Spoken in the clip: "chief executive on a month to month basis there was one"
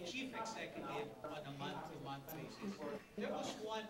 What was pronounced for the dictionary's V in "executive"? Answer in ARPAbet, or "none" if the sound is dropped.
none